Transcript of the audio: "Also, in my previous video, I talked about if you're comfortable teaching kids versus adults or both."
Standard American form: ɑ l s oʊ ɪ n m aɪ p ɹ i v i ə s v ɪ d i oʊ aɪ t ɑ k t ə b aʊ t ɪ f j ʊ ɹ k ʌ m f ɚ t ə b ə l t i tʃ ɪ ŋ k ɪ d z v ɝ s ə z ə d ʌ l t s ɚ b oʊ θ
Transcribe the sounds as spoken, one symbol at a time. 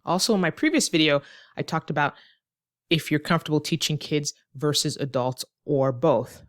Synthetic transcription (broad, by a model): ɑ l s oʊ ɪ n m aɪ p ɹ i v i ə s v ɪ d i oʊ aɪ t ɑ k t ə b aʊ t ɪ f j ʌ ɹ k ʌ m f t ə b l t i tʃ ɪ ŋ k ɪ d z v ɝ s ə z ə d ʌ l t s ɚ b oʊ θ